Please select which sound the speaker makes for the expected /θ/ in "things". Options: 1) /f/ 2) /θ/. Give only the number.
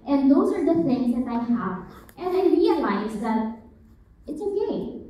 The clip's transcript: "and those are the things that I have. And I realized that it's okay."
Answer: 1